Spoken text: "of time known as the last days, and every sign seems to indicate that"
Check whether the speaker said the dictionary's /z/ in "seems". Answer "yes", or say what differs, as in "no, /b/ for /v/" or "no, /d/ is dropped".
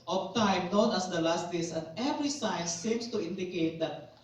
no, /s/ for /z/